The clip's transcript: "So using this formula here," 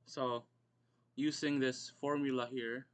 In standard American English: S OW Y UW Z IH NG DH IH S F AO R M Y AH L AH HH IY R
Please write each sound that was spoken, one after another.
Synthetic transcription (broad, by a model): S OW Y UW S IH NG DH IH S F AO R M Y AH L AH HH IY R